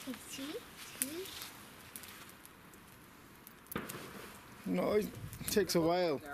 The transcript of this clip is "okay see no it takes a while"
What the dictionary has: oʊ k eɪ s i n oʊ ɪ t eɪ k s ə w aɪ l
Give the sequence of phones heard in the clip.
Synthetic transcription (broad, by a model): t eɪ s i n oʊ t eɪ k s ə w aɪ l